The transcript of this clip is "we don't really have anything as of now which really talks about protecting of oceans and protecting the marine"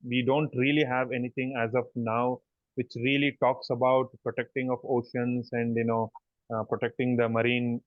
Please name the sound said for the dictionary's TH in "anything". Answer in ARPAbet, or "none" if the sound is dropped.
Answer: T